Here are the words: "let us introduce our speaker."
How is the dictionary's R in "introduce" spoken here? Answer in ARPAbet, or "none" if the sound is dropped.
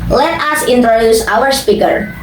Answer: R